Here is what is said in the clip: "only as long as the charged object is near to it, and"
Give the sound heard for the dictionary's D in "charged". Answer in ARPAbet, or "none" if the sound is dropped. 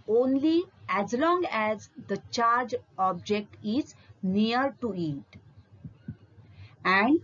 none